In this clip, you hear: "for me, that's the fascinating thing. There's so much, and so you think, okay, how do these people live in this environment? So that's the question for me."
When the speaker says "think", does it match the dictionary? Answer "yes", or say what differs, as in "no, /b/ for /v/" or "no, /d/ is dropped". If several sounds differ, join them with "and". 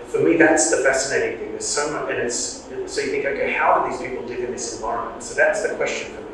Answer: yes